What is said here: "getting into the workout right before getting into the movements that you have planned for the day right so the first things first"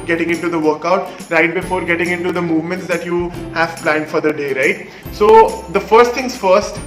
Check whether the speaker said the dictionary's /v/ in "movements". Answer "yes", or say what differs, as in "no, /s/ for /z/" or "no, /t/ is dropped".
yes